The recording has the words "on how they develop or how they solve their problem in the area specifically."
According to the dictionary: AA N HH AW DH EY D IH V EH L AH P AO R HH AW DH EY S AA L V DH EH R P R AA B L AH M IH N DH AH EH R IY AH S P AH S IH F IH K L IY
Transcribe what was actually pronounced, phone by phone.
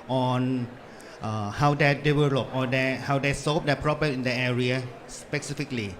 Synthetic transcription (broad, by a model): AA N HH AW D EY D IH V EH L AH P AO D HH AW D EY S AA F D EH P R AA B AH IH N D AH EH R IY AH S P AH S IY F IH K L IY